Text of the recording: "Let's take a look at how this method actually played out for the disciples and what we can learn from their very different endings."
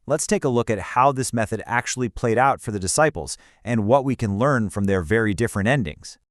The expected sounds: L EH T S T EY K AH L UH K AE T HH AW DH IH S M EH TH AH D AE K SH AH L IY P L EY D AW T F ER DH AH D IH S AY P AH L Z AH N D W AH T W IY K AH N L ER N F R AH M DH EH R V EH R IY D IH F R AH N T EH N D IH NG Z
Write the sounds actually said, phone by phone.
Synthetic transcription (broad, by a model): L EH T S T EY K AH L UH K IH T HH AW DH IH S M EH TH AH D AE K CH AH L IY P L EY D AW T F ER DH AH D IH S AY P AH L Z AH N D W AH T W IY K AH N L ER N F R AH M DH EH R V EH R IY D IH F R AH N T EH N D IH NG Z